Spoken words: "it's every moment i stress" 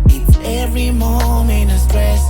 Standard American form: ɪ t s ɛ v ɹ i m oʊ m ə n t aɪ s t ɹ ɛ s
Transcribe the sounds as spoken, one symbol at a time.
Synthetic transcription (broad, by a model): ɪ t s ɛ v ɹ i m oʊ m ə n ɪ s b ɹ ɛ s